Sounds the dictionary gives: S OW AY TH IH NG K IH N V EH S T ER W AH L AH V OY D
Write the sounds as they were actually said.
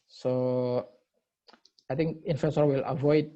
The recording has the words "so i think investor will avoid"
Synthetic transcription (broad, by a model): S OW AY T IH NG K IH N F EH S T W AH L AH V OY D